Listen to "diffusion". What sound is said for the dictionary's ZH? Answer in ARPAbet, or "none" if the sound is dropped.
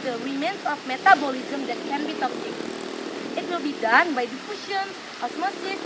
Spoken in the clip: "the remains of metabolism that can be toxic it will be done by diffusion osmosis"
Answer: SH